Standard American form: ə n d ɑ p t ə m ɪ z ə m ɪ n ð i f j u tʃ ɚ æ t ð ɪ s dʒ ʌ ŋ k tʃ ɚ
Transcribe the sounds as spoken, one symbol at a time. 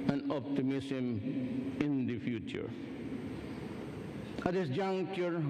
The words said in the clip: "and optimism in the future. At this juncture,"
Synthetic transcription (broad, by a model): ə n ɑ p t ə m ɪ s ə m ɪ n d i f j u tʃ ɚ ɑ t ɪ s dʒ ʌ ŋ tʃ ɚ